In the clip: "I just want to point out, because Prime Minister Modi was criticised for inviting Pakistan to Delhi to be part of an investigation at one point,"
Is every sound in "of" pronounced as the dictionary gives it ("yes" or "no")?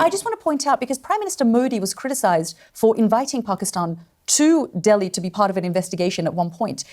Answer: yes